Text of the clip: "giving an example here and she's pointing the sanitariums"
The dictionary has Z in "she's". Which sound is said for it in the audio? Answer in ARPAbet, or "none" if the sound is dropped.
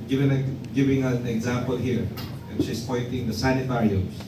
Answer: S